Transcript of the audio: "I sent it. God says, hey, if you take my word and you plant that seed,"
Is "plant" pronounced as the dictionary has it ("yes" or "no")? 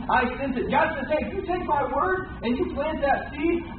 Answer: yes